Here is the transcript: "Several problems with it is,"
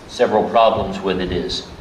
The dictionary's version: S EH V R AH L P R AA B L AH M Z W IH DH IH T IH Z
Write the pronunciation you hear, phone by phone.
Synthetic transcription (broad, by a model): S EH V R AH L P R AA B L AH M Z W IH DH IH T IH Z